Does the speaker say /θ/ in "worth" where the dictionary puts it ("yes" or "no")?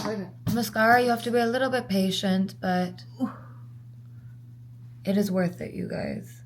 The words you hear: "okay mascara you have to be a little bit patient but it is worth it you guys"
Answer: yes